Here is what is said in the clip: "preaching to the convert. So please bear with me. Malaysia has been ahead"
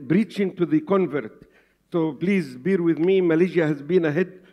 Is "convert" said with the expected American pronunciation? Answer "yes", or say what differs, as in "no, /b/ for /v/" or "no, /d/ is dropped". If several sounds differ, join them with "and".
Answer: yes